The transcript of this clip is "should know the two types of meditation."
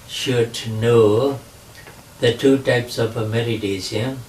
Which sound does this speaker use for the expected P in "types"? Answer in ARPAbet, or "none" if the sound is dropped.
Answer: P